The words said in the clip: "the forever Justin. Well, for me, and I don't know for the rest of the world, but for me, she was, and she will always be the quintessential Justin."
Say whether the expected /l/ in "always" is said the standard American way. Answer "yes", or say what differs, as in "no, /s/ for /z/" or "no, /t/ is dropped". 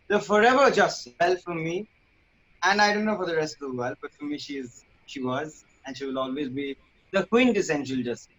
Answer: yes